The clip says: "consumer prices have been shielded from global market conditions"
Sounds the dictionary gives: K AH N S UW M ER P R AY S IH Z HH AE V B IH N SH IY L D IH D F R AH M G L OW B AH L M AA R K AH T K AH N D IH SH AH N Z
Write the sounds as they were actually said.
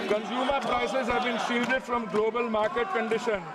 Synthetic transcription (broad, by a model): K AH N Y UW M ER P R AY S IH Z HH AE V B IH N S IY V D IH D F R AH M G L OW B AH L M AA R K AH T K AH N D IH SH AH N